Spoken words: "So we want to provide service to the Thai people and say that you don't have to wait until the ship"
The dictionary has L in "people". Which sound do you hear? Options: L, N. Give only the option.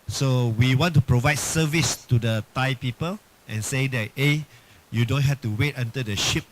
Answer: L